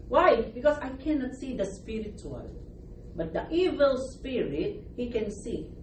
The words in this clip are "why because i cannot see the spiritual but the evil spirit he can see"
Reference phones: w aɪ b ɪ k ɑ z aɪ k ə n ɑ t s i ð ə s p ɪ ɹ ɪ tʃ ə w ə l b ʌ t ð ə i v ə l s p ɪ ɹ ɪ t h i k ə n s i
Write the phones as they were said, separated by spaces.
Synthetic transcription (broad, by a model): w aɪ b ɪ k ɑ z aɪ k ə n ɑ t s i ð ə s p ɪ ɹ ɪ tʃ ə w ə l b ʌ t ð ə i v ə l s p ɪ ɹ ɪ t h i k ə n s i